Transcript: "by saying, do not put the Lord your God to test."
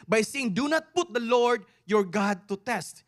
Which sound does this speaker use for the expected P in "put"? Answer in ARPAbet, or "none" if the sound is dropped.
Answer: P